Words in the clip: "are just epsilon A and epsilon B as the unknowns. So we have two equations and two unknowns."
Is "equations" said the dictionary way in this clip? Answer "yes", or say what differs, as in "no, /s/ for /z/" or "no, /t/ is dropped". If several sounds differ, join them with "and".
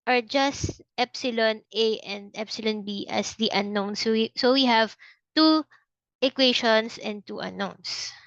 no, /ʃ/ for /ʒ/ and /s/ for /z/